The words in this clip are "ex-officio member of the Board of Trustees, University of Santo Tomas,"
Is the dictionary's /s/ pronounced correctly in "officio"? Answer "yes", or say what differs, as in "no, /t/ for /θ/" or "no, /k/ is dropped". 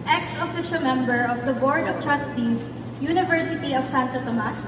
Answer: no, /ʃ/ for /s/